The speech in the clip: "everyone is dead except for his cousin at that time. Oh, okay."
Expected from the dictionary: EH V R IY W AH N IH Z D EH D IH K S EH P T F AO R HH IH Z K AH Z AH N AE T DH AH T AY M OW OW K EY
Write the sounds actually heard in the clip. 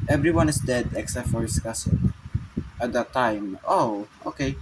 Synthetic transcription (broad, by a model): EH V R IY W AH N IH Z D EH D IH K S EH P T F AO R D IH S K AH S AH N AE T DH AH T AY M OW OW K EY